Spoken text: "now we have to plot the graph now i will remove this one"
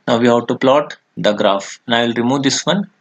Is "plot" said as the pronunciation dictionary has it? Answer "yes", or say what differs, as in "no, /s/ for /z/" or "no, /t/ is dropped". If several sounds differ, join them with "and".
yes